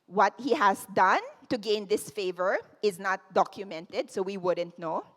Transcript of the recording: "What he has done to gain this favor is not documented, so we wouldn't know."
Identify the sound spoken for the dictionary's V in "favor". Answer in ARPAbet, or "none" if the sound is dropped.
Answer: V